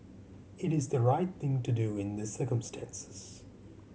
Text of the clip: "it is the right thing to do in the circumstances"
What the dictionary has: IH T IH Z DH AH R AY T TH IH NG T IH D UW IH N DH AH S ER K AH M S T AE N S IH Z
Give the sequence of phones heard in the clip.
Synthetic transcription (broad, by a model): IH T IH Z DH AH R AY T TH IH NG T IH D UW IH N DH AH S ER K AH M S T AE N S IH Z